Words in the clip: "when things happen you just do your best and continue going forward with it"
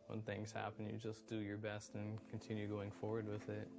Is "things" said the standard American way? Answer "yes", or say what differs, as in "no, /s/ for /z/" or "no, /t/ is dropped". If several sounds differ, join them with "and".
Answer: yes